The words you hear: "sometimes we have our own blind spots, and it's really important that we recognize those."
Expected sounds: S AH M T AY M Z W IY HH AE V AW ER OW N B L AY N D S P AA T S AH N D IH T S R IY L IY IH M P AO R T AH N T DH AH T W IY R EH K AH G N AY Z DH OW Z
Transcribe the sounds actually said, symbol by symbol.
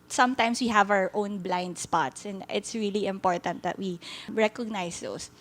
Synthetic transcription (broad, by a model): S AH M T AY M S W IY HH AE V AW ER OW N B L AY N D S P AA T S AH N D IH T S R IY L IY IH M P AO R T AH N T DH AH T W IY R EH K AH G N AY S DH OW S